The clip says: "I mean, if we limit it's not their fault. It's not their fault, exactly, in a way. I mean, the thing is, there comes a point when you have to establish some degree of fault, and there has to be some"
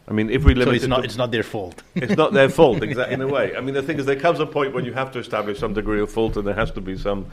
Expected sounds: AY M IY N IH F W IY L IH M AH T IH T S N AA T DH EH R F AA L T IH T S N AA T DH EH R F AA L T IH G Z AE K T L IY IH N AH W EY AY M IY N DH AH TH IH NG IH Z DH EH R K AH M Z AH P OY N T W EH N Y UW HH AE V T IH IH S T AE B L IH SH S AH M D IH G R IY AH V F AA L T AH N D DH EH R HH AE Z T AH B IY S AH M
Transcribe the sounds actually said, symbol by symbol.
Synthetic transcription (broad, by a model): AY M IY N IH F W IY L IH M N IH T S N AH T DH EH R F AA L T IH T S N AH T DH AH R F AA L T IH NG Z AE T IH N AH W EY AY M IY N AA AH TH IH NG IH Z DH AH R K AH M Z AH P OY N T W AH N Y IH HH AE F T IH IH S T AE B L IH SH S AH M D IH G R IY AH V F AA L T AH N DH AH R HH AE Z T AH B IY S AH M